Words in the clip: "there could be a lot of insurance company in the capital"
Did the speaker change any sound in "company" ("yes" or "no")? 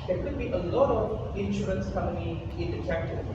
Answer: yes